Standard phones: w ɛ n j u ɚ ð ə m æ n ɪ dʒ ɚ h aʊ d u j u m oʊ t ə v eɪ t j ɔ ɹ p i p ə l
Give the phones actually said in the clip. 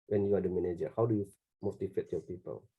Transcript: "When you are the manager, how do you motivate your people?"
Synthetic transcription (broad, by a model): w ɛ n j u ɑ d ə m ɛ n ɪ dʒ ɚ h aʊ d u j u m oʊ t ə f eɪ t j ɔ p i p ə l